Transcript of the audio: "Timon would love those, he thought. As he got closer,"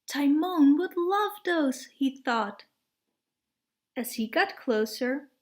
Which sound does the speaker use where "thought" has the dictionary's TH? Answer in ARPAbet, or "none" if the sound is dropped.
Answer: TH